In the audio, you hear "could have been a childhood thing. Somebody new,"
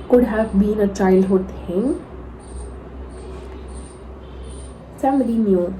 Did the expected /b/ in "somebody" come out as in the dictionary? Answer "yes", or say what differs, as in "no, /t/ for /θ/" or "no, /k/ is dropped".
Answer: no, /b/ is dropped